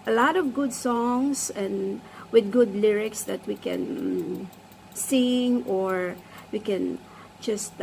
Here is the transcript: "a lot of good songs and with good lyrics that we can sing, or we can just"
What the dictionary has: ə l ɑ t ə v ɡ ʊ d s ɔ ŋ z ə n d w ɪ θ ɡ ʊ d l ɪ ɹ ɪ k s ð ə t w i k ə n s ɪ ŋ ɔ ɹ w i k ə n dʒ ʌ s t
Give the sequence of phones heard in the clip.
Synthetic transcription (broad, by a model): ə l ɑ t ə v ɡ ʊ d s ɔ ŋ s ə n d w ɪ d ɡ ʊ d l ɪ ɹ ɪ k s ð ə t w i k ə n s ɪ ŋ ɔ ɹ w i k ə n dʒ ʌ s t